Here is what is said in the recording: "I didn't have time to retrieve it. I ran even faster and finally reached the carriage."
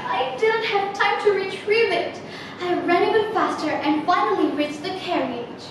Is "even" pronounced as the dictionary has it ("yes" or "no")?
no